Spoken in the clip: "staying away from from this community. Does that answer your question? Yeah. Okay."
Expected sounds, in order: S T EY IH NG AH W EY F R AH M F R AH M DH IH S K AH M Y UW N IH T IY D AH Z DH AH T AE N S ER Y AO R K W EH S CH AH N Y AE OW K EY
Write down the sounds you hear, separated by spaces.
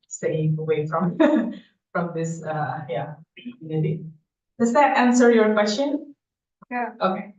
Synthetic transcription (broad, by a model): S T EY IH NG AH W EY F R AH M F R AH M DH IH S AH Y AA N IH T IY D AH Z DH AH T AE N S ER Y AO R K W EH S CH AH N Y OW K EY